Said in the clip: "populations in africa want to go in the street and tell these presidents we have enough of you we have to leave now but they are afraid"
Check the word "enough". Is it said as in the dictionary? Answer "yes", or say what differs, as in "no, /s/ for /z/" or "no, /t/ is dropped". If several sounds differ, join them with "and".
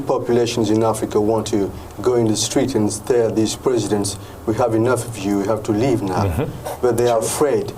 yes